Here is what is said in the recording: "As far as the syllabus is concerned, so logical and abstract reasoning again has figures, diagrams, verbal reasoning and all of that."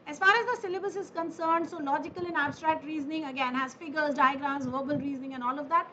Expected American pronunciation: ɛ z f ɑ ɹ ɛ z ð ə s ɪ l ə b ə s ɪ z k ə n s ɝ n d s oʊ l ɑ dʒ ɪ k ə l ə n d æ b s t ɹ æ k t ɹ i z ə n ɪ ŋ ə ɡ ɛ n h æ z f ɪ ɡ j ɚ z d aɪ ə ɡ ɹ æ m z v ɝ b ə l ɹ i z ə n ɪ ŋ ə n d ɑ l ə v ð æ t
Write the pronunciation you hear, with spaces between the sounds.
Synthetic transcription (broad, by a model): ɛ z f ɑ ɹ ɛ z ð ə s ɪ l ə b ə s ɪ z k ə n s ɝ n d s oʊ l ɑ dʒ ɪ k ə l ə n æ b s t ɹ æ k t ɹ i z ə n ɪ ŋ ə ɡ ɛ n h æ z f ɪ ɡ ɚ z d aɪ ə ɡ ɹ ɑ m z v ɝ b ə l ɹ i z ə n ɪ ŋ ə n ɑ l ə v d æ t